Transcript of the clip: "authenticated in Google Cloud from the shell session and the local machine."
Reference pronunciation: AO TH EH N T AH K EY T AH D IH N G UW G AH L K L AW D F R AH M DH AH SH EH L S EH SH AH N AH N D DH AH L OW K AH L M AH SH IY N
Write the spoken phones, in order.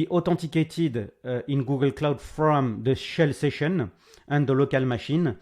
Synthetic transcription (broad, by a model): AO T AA T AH K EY T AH D IH N G UW G AH L K L AW D F R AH M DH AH SH EH L S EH SH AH N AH N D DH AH L OW K AH L M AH SH IY N